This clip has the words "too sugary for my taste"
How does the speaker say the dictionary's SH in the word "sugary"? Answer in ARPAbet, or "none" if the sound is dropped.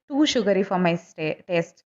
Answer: SH